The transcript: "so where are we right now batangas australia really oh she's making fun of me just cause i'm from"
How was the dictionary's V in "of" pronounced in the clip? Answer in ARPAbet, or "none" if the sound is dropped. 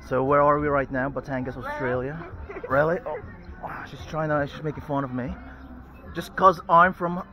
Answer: V